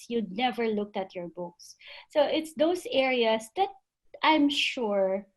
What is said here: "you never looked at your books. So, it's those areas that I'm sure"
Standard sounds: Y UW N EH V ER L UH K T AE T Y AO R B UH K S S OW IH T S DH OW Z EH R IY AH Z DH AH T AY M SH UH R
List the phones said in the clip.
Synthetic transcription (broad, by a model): Y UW N EH V ER L UH K T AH T Y AO R B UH K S S OW IH T S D OW S EH R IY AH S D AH T AY M SH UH R